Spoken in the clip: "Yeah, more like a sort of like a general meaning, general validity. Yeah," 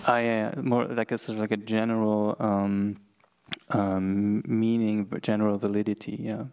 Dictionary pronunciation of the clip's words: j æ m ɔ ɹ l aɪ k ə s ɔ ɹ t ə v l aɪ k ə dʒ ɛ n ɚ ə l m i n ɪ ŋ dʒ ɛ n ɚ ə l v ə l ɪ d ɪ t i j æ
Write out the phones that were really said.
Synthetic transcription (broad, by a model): j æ m ɔ ɹ l aɪ k ə s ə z l aɪ k ə dʒ ɛ n ɚ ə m m i n ɪ ŋ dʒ ɛ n ɚ l v ə l ɪ d ɪ t i j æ